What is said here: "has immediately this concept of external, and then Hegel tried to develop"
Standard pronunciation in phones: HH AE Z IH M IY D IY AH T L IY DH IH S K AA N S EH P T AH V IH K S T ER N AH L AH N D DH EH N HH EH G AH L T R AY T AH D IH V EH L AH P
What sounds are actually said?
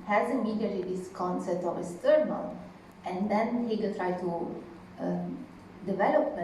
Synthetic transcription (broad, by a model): HH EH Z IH M IY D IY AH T IY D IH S K AA N S EH P T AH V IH S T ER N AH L AH N D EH N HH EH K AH T R AY T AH D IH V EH L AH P